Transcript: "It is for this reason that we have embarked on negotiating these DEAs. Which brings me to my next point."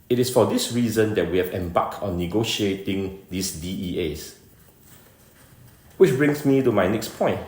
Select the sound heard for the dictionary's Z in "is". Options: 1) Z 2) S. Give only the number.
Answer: 2